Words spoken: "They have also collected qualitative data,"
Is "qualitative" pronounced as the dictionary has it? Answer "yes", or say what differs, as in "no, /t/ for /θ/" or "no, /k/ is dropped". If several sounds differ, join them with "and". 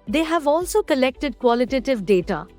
yes